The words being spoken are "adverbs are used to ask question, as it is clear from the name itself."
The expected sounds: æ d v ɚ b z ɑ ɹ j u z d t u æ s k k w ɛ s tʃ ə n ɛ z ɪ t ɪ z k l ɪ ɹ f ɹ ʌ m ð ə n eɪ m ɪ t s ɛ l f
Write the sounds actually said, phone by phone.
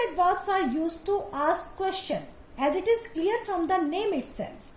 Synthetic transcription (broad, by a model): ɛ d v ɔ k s ɑ ɹ j u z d t u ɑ s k k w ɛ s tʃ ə n ɛ z ɪ t ɪ z k l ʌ ɹ f ɹ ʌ m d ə n eɪ m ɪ t s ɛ l f